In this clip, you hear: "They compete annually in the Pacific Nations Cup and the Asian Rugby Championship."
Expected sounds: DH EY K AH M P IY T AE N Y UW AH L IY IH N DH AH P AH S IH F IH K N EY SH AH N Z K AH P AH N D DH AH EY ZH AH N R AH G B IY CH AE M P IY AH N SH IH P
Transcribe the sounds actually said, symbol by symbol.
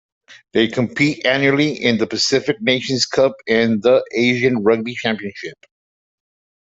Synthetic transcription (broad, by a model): DH EY K AH M P IY T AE N Y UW L IY IH N DH AH P AH S IH F IH K N EY SH AH N Z K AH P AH N DH AH EY ZH AH N R AH G B IY CH AE M P IY AH N SH IH P